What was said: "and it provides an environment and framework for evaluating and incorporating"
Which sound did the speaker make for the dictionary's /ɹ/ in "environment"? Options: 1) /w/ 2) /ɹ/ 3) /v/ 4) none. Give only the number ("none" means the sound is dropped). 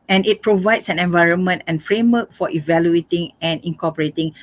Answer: 2